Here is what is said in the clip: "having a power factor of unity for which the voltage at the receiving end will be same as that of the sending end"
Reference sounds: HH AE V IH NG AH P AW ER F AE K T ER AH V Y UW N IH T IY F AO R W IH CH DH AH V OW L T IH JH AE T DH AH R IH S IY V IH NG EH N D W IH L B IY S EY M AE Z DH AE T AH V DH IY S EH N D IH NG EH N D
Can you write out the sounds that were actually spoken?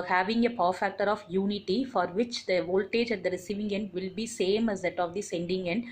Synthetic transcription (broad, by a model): HH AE V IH NG AH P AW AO F AE K T ER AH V Y UW N IH T IY F AO R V IH CH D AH V OW L T IH JH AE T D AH R IH S IY V IH NG EH N D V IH L B IY S EY M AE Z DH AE T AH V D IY S EH N D IH NG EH N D